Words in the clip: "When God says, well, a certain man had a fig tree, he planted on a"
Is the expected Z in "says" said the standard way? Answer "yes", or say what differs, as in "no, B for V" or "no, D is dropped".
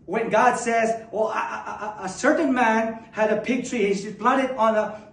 yes